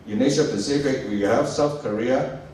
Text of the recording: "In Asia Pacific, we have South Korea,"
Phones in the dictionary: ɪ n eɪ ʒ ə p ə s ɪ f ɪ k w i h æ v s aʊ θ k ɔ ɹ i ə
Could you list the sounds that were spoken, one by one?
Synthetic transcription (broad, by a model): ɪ n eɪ ʃ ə p ə s ɪ f ɪ k w i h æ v s aʊ θ k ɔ ɹ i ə